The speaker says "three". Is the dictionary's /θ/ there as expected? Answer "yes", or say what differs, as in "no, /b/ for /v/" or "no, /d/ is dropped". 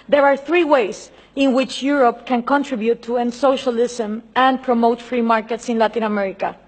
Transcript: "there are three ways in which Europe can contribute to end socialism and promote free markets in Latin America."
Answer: yes